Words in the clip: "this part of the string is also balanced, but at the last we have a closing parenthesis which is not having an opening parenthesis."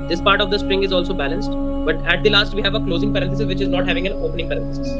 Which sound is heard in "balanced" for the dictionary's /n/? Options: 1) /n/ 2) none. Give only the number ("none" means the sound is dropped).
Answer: 1